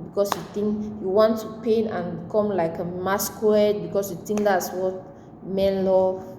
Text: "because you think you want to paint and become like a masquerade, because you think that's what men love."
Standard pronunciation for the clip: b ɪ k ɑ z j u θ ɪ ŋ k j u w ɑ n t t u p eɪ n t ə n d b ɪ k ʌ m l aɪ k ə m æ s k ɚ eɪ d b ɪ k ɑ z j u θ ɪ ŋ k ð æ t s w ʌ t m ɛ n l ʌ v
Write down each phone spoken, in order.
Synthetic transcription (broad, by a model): b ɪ k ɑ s j u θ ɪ ŋ k j u w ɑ n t t u p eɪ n ə n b k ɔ m l aɪ k ə m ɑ s k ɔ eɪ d b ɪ k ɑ s j u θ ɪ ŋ k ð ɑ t s w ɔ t m ɛ n l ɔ